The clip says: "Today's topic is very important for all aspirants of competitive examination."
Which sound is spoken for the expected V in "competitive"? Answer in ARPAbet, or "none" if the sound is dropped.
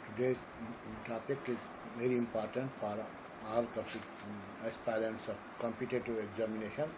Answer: none